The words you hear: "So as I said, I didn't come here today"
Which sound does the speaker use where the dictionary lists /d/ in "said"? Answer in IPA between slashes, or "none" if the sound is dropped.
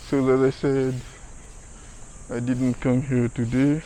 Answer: /d/